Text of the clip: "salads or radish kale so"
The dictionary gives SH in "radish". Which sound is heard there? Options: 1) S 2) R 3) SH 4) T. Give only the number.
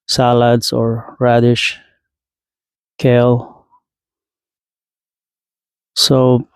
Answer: 3